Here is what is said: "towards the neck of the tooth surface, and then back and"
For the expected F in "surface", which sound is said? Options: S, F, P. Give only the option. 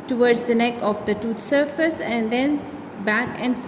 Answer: F